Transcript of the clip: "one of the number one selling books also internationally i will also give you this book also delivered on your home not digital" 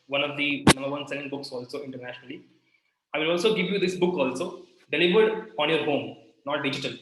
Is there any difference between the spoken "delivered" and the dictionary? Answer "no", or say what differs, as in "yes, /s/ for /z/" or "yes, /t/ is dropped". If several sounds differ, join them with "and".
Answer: yes, /b/ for /v/